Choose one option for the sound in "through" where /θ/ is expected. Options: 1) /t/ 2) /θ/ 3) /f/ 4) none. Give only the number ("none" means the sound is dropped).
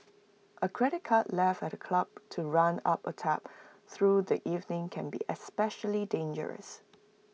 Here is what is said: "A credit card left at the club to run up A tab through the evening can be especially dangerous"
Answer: 2